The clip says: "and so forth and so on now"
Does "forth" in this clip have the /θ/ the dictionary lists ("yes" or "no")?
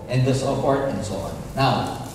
no